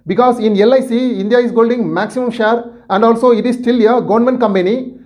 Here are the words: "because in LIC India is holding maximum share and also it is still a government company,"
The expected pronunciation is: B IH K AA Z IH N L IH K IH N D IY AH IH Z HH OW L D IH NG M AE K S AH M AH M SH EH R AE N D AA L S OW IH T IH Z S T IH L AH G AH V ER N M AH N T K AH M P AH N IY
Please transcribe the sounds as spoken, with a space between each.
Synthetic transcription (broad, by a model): B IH K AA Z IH N L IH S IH N D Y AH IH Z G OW L D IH NG M AE K S AH M AH M SH EH R AE N D AA L S OW IH T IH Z S T IH L AH G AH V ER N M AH N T K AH M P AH N IY